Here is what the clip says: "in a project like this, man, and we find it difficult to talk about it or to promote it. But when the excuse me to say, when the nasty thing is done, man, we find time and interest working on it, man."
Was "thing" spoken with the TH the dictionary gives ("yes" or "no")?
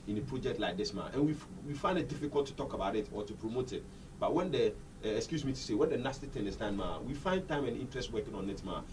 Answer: no